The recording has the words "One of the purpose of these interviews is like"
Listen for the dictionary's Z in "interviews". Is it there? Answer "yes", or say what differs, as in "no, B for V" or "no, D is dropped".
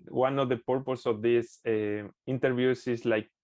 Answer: no, S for Z